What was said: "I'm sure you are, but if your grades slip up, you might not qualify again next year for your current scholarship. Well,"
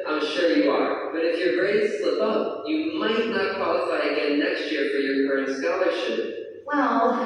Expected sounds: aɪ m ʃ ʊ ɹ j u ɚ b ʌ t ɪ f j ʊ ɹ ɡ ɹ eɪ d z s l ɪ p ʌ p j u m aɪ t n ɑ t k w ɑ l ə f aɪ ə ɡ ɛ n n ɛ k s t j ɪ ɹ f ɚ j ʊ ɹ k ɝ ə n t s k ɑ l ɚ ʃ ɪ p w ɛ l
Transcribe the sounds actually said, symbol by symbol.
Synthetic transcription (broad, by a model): aɪ m ʃ ʊ ɹ j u ɚ b ʌ t ɪ f j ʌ ɹ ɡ ɹ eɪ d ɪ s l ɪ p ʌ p j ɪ m aɪ t n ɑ t k w ɑ l ə f aɪ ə ɡ ɛ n n ɛ k s t j ɪ ɹ f ɚ j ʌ ɹ k ɝ ə n t s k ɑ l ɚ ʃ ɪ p w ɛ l